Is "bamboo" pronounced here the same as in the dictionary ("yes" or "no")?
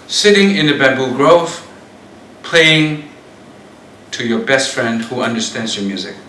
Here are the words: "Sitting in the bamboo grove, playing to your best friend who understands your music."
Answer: no